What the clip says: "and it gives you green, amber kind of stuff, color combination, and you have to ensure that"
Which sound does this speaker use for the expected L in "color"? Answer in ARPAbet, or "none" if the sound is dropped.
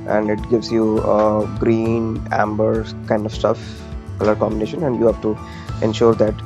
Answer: L